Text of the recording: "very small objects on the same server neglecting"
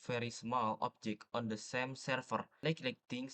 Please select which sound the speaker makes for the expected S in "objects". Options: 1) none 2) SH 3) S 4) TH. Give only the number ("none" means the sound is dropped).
1